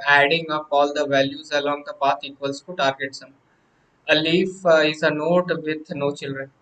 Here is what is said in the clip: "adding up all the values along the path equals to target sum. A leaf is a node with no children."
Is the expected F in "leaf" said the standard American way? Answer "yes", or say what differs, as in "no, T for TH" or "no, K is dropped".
yes